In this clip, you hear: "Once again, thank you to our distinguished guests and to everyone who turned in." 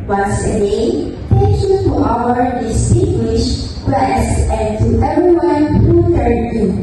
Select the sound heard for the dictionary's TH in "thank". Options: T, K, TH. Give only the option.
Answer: T